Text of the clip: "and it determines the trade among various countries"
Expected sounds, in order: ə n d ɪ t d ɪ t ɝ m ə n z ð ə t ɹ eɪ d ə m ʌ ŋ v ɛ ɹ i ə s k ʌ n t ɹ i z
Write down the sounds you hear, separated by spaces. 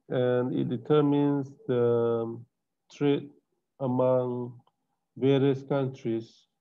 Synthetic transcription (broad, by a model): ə n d ɪ t d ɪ t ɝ m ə n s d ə t ɹ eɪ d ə m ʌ ŋ v ɛ ɹ i ə s k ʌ n t ɹ i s